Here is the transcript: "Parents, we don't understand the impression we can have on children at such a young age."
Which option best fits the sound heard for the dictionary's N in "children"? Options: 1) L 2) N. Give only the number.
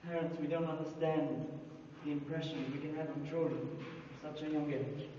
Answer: 1